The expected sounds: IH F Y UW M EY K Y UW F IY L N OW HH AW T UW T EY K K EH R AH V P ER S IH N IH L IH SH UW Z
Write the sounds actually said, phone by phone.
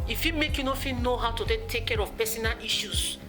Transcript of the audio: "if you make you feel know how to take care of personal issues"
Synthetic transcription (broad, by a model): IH F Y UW M EY K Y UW F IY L N OW HH AW T UW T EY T K EH R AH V P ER S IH N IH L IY SH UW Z